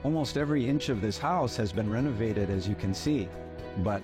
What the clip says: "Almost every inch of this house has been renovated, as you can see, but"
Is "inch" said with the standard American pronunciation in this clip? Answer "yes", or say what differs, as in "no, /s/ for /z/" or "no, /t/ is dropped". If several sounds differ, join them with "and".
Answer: yes